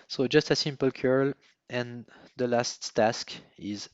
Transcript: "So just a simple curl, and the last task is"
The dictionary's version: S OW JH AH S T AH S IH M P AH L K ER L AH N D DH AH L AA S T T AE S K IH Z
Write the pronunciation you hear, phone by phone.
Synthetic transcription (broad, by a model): S OW JH AH S T AH S IH M P AH L K ER L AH N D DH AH L AA S T T AE S K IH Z